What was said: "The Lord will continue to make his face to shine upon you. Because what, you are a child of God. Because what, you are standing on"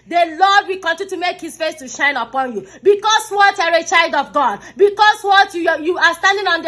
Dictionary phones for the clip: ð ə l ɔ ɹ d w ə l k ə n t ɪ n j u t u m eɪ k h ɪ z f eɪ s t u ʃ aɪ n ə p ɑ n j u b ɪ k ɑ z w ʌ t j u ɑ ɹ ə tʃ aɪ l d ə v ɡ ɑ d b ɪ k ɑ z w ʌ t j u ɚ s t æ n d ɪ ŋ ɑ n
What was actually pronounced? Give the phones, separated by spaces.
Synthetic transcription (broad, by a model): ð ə l ɔ d w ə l k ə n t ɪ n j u t u m eɪ k h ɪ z f eɪ s t u ʃ aɪ n ə p ɑ n j u b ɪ k ɑ s w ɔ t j ɑ ɹ ə tʃ aɪ l d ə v ɡ ɑ d b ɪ k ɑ s w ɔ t j u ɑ s t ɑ n d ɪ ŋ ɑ n